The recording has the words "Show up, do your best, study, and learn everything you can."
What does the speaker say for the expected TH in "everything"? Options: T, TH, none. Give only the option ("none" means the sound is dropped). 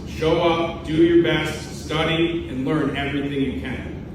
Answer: TH